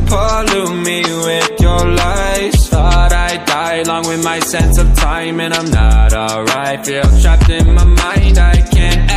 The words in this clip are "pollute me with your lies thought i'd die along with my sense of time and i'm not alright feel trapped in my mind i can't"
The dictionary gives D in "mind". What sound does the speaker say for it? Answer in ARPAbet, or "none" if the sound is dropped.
D